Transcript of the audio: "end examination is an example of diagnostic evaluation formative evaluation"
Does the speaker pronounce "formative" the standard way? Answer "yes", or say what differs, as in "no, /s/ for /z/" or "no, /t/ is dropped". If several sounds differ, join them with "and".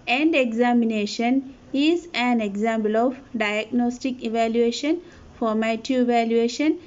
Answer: no, /v/ is dropped